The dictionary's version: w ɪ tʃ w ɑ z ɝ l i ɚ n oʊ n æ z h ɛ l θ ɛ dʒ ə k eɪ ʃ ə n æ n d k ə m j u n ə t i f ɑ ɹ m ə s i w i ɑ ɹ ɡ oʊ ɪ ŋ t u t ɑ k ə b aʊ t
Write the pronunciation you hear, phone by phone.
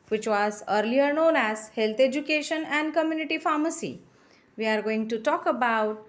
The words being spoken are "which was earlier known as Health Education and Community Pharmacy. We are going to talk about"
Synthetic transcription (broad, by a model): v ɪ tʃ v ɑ z ɝ l i ɚ n oʊ n æ z h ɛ l t ɛ dʒ ə k eɪ ʃ ə n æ n d k ə m j u n ə t i f ɑ ɹ m ə s i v i ɑ ɹ ɡ oʊ ɪ ŋ t u t ɑ k ə b aʊ t